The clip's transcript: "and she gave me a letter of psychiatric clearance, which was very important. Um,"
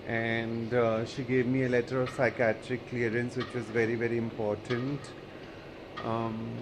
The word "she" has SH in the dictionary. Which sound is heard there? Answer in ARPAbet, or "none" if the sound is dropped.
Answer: SH